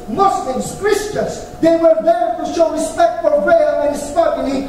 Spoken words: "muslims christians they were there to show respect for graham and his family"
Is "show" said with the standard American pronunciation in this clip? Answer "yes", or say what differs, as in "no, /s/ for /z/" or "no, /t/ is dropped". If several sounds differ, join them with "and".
yes